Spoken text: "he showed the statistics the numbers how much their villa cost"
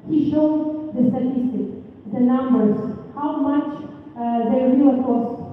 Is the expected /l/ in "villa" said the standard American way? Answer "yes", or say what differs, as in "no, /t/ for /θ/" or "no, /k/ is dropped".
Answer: no, /l/ is dropped